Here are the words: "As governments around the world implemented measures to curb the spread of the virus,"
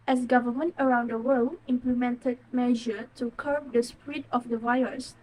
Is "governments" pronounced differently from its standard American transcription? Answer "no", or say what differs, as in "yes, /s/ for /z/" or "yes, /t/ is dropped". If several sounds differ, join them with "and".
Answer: yes, /s/ is dropped